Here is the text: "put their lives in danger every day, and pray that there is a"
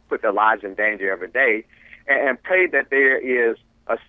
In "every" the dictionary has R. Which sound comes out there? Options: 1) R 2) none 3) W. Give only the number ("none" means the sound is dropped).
2